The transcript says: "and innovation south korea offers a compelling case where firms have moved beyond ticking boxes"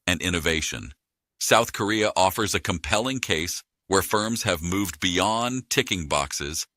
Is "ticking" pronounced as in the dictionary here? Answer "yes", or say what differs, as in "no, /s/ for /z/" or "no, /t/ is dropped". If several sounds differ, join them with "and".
yes